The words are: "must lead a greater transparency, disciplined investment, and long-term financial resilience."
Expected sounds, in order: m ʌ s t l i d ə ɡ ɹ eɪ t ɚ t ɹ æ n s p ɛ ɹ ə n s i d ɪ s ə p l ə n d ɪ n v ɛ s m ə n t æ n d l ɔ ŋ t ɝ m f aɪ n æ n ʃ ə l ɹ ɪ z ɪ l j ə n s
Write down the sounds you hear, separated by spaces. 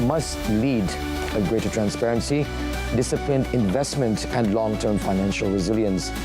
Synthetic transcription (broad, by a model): m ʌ s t l i d ə ɡ ɹ eɪ t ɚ t ɹ æ n s p ɛ ɹ ə n s i d ɪ s ə p l ə n d ɪ n v ɛ s m ə n t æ n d l ɔ ŋ t ɝ m f aɪ n æ n ʃ ə l ɹ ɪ z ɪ l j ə n s